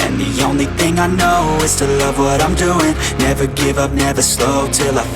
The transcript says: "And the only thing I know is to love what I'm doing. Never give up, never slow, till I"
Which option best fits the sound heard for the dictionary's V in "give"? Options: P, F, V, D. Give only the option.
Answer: V